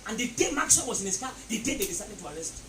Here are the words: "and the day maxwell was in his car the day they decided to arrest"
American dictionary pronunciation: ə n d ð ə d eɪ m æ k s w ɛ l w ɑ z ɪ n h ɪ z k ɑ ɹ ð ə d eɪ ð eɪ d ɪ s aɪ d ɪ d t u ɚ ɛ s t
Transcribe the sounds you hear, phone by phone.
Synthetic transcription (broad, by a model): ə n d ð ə d eɪ m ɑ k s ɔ n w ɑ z ɪ n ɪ s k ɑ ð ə d eɪ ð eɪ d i s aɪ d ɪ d t u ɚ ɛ s t